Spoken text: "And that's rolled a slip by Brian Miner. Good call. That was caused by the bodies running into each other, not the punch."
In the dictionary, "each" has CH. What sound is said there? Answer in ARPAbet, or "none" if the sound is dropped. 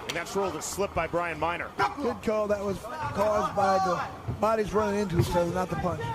S